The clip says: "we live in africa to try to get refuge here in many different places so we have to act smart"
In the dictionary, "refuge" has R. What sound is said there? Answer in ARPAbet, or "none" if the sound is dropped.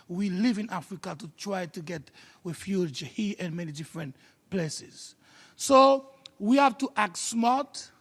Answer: W